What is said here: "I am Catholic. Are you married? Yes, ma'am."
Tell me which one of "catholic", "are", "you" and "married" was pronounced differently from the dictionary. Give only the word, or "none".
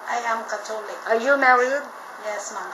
catholic